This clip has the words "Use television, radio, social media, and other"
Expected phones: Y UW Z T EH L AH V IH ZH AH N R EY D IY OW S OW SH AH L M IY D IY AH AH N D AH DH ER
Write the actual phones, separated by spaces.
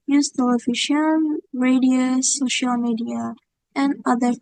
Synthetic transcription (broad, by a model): Y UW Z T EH L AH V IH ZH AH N R EY D IY OW S OW SH AH L M IY D IY AH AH N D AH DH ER